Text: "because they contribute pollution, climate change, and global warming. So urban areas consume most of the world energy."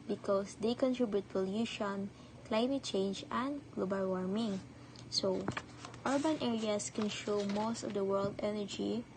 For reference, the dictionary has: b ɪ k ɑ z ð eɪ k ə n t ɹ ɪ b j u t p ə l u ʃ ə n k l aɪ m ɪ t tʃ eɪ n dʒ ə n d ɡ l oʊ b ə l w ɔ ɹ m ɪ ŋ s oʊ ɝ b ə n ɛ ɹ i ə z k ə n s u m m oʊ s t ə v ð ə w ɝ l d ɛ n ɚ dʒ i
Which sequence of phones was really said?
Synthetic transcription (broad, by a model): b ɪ k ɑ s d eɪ k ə n t ɹ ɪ b j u t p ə l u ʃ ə n k l aɪ m ɪ t tʃ eɪ n dʒ ə n d ɡ l oʊ b ə l w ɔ ɹ m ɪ ŋ s oʊ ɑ b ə n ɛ ɹ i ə s k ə n ʃ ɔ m m oʊ s t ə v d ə w ɝ l d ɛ n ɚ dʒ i